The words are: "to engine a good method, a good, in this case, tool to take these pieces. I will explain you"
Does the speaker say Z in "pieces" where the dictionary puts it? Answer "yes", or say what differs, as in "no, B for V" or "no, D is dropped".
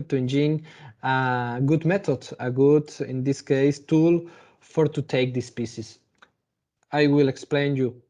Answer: no, S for Z